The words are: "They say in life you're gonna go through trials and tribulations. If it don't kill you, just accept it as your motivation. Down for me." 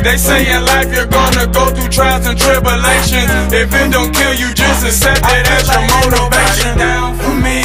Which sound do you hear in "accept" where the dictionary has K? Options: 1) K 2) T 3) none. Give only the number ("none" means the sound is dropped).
3